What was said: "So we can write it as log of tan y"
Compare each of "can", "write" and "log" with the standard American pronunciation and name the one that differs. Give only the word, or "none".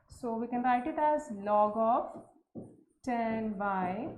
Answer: none